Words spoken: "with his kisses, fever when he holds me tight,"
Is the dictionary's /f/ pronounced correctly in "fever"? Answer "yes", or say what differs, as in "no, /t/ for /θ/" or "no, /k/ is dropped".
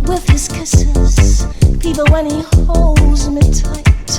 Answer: no, /p/ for /f/